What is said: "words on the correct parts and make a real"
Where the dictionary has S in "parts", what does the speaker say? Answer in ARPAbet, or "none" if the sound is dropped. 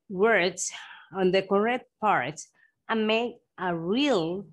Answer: none